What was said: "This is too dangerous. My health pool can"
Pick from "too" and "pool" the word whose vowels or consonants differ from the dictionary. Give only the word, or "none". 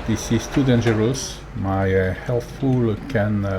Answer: pool